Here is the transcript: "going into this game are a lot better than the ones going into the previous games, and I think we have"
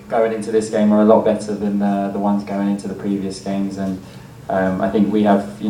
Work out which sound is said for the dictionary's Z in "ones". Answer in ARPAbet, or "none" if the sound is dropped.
Z